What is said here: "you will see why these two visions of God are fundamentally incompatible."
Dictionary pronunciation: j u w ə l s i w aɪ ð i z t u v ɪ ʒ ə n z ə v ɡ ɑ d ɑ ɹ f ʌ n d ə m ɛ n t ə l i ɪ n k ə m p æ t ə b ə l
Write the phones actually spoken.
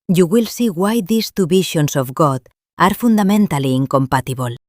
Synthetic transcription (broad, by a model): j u w ə l s i w aɪ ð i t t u b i ʃ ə n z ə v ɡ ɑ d ɑ ɹ f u n d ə m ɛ n t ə l i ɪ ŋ k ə m p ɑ t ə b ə l